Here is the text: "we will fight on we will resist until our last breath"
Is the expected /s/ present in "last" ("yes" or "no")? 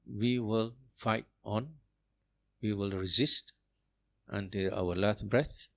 no